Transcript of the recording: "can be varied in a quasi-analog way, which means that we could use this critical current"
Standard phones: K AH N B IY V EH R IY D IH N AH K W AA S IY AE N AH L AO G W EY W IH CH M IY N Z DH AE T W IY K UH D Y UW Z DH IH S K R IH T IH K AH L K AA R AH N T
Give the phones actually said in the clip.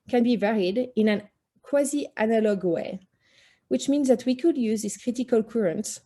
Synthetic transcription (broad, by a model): K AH N B IY V EH R IY D IH N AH K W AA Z IY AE N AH L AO G W EY W IH CH M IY N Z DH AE T W IY K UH D Y UW Z DH IH S K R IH T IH K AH L K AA R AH N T